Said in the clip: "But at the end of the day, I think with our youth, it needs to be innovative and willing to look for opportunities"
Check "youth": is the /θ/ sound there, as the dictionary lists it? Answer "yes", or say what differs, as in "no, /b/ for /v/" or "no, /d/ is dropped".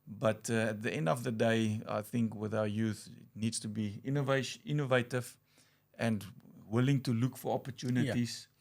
yes